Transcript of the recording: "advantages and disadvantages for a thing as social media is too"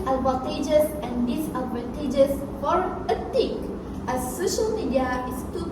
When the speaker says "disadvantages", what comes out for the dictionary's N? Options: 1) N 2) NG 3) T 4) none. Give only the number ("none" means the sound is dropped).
4